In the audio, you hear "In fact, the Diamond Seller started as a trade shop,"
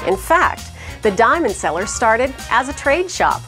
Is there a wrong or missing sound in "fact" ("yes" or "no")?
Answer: no